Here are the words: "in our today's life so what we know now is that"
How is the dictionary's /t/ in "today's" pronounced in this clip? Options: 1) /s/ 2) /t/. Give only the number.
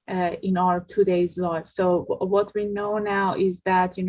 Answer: 2